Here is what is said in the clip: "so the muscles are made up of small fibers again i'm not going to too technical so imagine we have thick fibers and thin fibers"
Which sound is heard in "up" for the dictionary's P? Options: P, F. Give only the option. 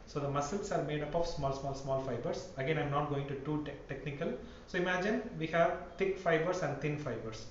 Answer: P